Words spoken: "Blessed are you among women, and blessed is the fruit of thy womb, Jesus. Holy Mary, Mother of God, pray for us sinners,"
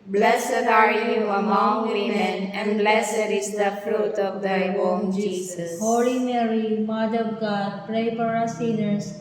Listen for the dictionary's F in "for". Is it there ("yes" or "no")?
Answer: no